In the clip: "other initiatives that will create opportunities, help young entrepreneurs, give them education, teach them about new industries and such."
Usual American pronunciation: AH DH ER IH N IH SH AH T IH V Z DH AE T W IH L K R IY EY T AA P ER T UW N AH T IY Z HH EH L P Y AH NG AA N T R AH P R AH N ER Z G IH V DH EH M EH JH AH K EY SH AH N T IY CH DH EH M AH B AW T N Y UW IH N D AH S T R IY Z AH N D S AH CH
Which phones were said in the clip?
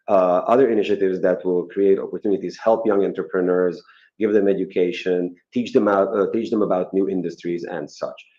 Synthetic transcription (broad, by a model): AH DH ER IH N IH SH AH T IH V Z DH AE T W IH L K R IY EY T AA P ER T UW N AH T IY Z HH EH L P Y AH NG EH N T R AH P R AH N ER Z G IH V DH EH M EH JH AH K EY SH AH N T IY CH DH EH M AH B AW T N Y UW IH N D AH S T R IY Z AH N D S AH CH